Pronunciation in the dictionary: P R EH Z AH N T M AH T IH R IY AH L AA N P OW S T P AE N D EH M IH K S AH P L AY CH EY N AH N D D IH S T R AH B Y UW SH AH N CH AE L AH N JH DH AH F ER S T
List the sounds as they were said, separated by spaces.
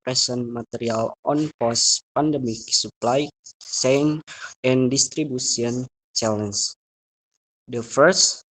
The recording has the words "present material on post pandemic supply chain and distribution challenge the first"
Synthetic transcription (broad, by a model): R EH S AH N M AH T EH R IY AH L AA N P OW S P AE N D EH M IH K S AH P L AY S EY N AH N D D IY S T R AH B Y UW S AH N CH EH L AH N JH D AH F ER S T